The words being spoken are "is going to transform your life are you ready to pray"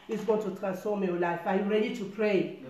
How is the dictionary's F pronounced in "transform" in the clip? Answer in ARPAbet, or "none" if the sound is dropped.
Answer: none